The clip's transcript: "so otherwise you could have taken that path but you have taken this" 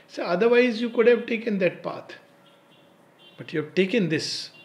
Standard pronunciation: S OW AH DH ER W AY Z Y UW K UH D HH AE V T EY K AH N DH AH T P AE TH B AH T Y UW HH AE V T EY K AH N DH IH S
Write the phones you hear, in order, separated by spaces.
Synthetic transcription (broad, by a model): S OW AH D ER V AY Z Y UW K UH D HH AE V T EY K AH N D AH T P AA T B AH T Y UW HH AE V T EY K AH N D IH S